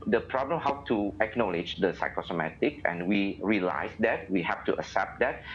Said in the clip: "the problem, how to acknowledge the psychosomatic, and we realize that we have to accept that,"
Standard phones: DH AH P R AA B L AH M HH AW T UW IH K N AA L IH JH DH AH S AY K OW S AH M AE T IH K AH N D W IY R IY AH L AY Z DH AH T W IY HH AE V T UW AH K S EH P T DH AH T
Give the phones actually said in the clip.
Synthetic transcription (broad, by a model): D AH P R AA B L AH M HH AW T UW IH K N AA L IH JH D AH S AY K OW S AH M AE T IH K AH N W IY R IY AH L AY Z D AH T W IY HH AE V T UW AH S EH P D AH T